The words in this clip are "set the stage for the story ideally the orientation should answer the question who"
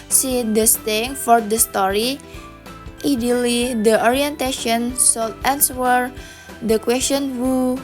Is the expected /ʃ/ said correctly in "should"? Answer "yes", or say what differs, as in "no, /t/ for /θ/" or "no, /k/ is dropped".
no, /s/ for /ʃ/